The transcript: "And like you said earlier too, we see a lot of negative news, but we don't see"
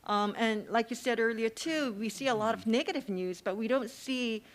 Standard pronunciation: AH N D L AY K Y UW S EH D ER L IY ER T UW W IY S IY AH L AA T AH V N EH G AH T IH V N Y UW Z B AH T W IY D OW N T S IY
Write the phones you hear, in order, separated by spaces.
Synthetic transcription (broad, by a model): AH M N L AY K Y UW S EH D ER L IY ER T UW W IY S IY AH L AA T AH V N EH G AH T IH V N Y UW Z B AH T W IY D OW N T S IY